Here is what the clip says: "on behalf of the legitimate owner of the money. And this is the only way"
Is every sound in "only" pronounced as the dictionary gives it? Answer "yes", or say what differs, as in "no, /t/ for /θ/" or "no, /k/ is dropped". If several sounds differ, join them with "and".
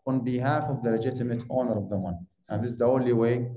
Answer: yes